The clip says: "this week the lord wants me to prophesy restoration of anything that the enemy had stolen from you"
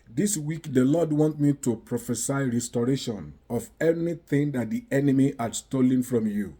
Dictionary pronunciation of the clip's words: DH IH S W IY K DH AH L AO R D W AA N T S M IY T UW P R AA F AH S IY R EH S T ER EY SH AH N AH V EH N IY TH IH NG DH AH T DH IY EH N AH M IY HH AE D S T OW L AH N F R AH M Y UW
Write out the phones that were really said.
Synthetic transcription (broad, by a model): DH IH S W IY K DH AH L AO D W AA N T M IY T UW P R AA F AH S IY R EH S T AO EY SH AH N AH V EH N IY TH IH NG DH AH T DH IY EH N AH M IY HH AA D S T OW L AH N F R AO M Y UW